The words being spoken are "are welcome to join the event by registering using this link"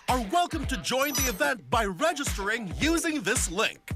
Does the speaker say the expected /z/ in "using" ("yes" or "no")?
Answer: yes